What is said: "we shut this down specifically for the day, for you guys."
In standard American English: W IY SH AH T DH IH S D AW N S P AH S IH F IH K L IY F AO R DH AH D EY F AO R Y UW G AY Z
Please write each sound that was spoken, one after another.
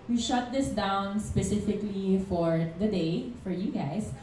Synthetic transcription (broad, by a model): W IY SH AH T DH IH S D AW N S P AH S IH F IH K L IY F AO R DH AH D EY F AO R Y UW G AY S